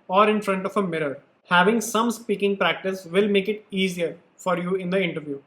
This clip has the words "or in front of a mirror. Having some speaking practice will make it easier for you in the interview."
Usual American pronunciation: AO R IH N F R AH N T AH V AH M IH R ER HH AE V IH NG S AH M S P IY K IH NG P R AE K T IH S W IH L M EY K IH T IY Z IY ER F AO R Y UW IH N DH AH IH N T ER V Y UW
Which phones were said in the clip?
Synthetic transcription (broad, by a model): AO R IH N F R AH N T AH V AH M IH R ER HH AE V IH NG S AH M S P IY K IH NG P R AE K T IH S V IH L M EY K IH T IY Z IY ER F AO R Y UW IH N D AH IH N T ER V Y UW